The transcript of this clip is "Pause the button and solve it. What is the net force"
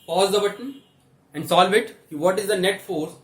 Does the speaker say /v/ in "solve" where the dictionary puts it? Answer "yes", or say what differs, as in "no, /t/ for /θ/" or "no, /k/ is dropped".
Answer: yes